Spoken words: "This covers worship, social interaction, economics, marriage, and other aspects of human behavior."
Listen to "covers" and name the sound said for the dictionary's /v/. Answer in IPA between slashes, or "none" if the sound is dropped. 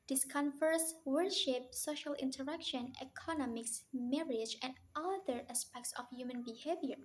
/f/